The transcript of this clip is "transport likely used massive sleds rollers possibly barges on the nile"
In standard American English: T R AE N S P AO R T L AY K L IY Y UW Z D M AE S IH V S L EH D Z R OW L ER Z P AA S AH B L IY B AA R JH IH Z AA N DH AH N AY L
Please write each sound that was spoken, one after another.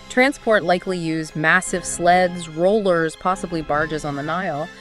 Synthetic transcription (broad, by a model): T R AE N S P AO R T L AY K L IY Y UW Z M AE S IH V S L EH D Z R OW L ER Z P AA S AH B L IY B AA R JH IH Z N DH AH N AY L